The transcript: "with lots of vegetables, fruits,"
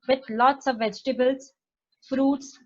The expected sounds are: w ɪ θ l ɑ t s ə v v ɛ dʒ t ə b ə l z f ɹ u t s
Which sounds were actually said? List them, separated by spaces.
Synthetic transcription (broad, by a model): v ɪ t l ɑ t s ə v v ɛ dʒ t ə b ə l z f ɹ u t s